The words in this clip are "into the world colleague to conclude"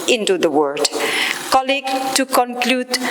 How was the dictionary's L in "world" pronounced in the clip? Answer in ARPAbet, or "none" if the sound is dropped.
none